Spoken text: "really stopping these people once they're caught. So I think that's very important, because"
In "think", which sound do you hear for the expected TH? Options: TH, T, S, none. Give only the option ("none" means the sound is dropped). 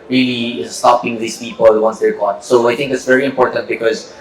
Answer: T